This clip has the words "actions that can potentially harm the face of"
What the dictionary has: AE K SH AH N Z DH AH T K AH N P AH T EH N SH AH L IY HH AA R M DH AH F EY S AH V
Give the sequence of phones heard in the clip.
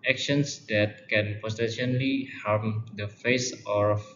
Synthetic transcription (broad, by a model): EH K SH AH N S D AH T K AH N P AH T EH SH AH L IY HH AA R M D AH F EY S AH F